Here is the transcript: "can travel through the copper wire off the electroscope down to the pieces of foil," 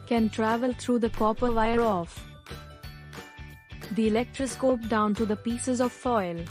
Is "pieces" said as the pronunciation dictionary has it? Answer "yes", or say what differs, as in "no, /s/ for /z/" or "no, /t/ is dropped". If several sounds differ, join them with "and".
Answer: yes